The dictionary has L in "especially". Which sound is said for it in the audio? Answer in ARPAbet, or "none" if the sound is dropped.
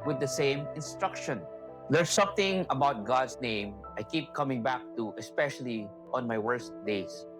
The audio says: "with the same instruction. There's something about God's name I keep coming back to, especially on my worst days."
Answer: L